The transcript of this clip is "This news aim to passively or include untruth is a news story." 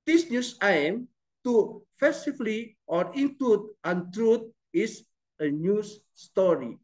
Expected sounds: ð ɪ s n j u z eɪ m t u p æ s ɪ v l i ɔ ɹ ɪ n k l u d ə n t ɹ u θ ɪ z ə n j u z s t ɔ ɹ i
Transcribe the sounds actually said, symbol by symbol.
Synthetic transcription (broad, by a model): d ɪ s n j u s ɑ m t u f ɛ s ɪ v l i ɔ ɹ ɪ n k l u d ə n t ɹ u t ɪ s ə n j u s s t ɔ ɹ i